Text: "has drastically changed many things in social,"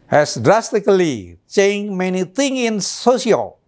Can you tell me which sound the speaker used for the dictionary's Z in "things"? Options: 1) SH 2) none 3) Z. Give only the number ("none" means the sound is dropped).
2